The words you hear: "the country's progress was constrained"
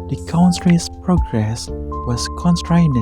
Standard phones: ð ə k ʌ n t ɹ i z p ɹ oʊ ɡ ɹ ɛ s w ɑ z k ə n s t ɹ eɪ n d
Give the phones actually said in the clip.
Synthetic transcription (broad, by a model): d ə k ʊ n s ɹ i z p ɹ oʊ ɡ ɹ ɛ s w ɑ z k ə n s t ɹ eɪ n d